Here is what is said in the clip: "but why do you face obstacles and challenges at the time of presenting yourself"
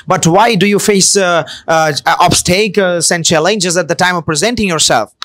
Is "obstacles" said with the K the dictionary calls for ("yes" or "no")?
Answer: no